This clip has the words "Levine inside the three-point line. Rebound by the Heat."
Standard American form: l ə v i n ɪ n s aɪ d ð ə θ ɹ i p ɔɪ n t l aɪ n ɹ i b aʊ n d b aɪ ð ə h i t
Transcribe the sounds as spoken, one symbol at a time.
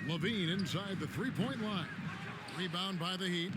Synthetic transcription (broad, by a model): l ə v i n ɪ n s aɪ d ð ə θ ɹ i p ɔɪ n t l aɪ n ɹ i b aʊ n b aɪ ð ə h i t